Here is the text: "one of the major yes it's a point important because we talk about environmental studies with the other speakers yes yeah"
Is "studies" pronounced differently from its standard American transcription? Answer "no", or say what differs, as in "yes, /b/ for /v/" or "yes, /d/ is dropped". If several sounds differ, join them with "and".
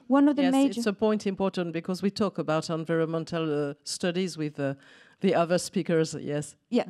no